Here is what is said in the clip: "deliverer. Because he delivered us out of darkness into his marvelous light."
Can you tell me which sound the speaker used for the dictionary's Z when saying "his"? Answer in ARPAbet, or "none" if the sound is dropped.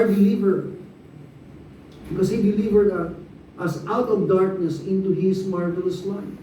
S